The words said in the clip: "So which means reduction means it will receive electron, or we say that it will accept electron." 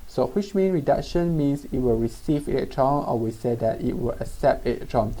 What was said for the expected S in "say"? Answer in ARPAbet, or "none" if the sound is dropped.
S